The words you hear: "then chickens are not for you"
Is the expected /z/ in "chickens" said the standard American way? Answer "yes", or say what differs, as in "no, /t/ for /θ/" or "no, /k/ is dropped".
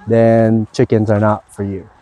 yes